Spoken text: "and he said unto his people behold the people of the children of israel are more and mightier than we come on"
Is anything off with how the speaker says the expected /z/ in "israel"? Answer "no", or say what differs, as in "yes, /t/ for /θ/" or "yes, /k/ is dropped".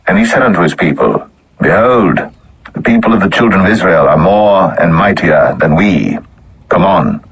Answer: no